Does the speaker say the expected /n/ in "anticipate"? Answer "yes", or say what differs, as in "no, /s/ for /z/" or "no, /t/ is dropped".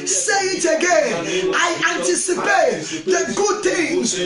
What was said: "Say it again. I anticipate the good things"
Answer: yes